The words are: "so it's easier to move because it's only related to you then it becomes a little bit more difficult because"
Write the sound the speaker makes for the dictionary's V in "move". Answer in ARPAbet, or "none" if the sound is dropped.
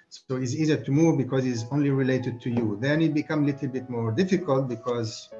V